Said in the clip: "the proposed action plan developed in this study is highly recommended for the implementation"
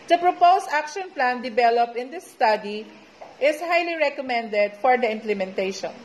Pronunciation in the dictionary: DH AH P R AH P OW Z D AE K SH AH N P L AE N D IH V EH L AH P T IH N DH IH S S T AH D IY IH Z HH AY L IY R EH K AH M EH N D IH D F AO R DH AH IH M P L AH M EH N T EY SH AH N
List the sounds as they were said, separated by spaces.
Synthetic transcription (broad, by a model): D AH P R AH P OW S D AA K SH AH N P L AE N D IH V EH L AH P IH N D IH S S T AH D IY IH S HH AY L IY R EH K AH M EH N D IH D F AO R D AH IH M P L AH M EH N T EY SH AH N